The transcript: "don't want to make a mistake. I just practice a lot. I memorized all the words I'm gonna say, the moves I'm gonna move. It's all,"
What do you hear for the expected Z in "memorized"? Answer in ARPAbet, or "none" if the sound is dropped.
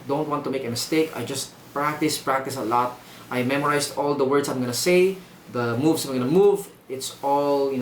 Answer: S